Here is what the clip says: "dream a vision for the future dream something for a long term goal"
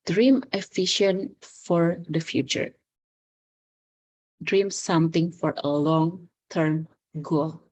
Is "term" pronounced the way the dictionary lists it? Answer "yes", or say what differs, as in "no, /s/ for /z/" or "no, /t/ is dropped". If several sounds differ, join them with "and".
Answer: yes